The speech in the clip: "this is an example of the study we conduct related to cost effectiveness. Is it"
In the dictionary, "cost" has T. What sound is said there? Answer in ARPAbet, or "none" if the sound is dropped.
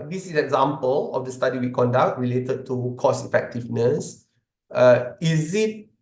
none